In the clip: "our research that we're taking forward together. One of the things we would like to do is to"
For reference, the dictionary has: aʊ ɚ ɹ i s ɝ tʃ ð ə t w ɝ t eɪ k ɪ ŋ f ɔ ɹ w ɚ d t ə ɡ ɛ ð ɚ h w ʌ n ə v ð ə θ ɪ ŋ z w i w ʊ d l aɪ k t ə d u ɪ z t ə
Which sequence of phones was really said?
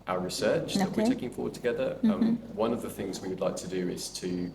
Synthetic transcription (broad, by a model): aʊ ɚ ɹ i s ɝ tʃ ð ə t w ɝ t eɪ k ɪ ŋ f ɔ w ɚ d t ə ɡ ɛ ð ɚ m w ʌ n ə v ð ə θ ɪ ŋ z w i w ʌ d l aɪ k t ə d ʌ ɪ z t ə